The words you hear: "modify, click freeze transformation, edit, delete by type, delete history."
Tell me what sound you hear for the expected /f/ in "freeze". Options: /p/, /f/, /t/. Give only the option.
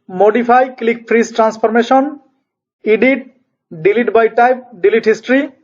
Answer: /p/